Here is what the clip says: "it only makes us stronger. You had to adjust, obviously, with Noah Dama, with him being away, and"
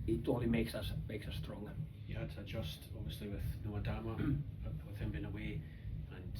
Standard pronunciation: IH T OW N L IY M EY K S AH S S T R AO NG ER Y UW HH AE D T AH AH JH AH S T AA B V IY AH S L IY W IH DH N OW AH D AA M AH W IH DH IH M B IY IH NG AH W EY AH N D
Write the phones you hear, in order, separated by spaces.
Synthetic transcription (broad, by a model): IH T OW L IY M EY K S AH S S T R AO NG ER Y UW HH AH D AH AH JH AH S T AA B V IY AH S L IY W IH DH N OW AH D AA M AH W IH DH IH M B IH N AH W EY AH N